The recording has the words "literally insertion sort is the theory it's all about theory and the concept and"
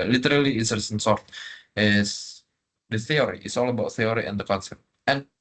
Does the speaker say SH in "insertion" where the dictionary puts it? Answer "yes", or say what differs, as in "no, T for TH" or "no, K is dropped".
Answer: no, S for SH